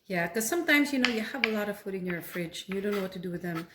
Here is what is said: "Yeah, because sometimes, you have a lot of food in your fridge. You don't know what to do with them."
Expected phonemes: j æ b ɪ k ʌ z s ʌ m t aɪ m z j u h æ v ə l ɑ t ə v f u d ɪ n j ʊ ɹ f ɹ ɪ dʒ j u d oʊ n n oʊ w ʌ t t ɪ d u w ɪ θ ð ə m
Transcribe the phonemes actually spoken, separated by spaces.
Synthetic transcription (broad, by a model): j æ k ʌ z s ʌ m t aɪ m z j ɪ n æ v ə l ɑ t ə v f u d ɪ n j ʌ ɹ f ɹ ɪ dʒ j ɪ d oʊ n n oʊ w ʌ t t ɪ d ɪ w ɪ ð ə m